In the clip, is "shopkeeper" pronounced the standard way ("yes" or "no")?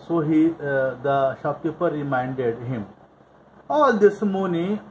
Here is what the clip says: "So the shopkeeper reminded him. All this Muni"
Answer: no